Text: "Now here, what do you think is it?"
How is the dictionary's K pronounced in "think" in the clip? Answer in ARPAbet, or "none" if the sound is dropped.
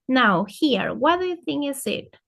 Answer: none